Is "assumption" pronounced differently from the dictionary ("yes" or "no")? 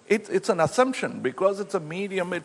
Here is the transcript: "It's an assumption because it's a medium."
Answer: no